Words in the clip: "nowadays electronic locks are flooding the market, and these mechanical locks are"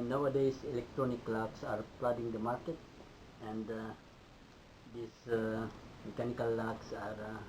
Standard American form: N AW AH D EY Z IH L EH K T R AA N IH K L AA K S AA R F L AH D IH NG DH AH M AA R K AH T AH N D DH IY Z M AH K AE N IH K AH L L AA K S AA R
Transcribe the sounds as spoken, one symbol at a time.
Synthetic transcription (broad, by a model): N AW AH D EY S IH L EH K T R AA N IH K L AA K S AA R P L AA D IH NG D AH M AA R K AH T AH N D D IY S M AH K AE N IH K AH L L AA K S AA R